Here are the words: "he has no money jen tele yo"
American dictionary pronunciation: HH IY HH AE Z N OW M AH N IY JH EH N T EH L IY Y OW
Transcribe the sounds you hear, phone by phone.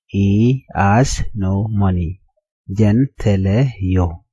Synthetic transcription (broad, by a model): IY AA S N OW M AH N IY JH EH N T EH L IY Y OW